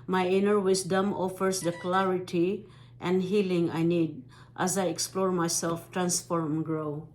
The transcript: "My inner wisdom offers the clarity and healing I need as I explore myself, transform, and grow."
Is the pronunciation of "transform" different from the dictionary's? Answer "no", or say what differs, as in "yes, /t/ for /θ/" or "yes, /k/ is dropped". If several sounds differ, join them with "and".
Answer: no